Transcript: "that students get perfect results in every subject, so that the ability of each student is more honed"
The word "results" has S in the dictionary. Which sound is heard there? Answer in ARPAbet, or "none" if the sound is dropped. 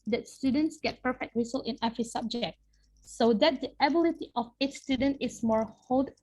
none